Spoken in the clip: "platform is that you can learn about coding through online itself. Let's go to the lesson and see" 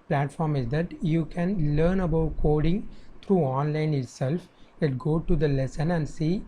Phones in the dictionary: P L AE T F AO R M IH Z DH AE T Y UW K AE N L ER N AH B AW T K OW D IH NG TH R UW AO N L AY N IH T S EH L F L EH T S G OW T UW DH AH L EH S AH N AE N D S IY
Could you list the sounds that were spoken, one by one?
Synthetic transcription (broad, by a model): P L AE T F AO R M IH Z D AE T Y UW K AE N L ER N AH B AW T K OW D IH NG T R UW AO N L AY N IH T S EH L F L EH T G OW T UW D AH L EH S AH N AE N D S IY